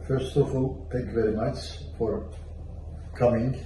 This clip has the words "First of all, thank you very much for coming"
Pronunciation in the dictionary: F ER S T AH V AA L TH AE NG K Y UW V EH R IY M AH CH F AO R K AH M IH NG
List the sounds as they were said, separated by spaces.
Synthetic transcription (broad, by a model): F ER S T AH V AA L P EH K V EH R IY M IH S F AO R K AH M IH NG